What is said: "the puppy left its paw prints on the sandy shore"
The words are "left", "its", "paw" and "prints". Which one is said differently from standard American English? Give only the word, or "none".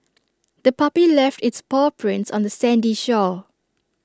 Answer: none